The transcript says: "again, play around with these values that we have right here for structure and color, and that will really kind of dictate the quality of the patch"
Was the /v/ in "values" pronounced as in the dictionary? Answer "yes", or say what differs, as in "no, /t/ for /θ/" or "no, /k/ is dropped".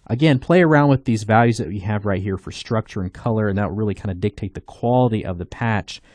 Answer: yes